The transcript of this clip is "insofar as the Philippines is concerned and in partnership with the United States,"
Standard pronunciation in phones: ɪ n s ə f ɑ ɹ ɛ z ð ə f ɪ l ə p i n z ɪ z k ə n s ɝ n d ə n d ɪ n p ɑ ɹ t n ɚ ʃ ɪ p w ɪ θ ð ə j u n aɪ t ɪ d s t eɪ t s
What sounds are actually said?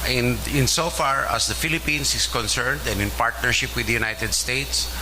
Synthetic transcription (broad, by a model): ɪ n s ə f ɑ ɹ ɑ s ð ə f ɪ l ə p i n s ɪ s k ə n s ɝ n d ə n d ɪ n p ɑ ɹ t n ɚ ʃ ɪ p w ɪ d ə j u n aɪ t ɪ d s t eɪ t s